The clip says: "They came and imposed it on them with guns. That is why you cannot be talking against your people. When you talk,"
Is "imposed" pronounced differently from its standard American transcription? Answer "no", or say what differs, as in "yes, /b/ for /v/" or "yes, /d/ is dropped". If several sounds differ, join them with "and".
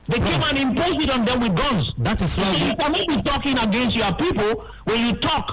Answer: yes, /d/ is dropped